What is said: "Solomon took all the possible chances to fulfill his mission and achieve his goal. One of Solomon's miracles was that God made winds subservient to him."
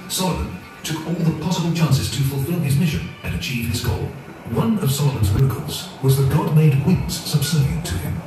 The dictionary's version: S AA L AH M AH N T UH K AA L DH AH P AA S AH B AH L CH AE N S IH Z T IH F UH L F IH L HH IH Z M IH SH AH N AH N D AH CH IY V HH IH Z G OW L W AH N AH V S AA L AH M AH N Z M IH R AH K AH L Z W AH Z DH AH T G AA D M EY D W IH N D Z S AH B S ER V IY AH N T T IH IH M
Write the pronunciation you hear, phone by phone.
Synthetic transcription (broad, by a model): S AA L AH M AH N T UH K AA L DH AH P AA S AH B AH L CH AE N S IH Z T IH F L F IH L IH Z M IH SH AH N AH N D AH CH IY V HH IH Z G OW L W AH N AH V S AA L AH M AH N Z M IH R AH K AH L Z W AH Z DH AH T G AA D M EY D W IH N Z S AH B S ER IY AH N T T IH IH M